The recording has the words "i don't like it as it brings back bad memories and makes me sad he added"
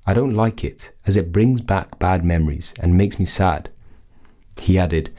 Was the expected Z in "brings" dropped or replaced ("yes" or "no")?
no